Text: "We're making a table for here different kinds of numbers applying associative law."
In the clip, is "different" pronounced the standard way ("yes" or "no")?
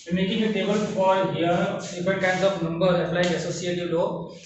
no